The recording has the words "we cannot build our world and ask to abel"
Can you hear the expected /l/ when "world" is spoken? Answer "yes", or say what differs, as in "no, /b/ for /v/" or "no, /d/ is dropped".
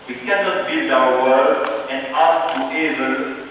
no, /l/ is dropped